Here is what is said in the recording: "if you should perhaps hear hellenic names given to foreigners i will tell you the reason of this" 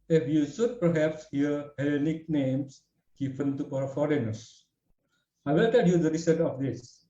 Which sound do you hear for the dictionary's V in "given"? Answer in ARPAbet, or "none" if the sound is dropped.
P